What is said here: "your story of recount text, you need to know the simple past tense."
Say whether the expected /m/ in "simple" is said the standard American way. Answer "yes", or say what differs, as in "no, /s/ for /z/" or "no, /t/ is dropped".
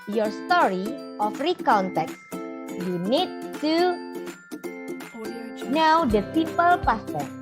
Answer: no, /m/ is dropped